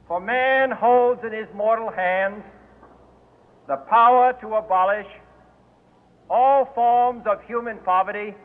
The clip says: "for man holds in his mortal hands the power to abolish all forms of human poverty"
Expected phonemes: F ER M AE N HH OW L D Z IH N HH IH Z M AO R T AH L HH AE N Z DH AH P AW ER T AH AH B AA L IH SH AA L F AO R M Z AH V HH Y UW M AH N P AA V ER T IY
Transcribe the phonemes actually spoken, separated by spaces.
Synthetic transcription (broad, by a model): F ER M AE N HH OW L D Z IH N IH Z M AO R T L HH AE N Z DH AH P AW ER T AH AH B AA L IH SH AA L F AO R M Z AH V HH Y UW M AH N P AA V ER T IY